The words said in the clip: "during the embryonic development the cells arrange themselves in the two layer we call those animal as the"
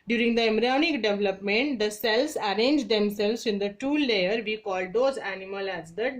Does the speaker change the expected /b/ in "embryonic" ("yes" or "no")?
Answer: yes